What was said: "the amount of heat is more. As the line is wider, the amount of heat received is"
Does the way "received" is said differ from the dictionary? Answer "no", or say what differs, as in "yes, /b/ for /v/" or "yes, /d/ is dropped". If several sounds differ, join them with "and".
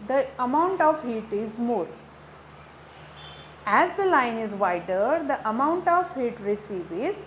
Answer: yes, /d/ is dropped